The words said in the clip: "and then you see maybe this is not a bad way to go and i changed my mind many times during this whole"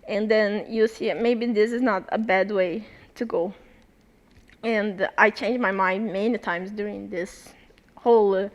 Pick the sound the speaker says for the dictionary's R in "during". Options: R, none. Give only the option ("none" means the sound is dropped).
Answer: R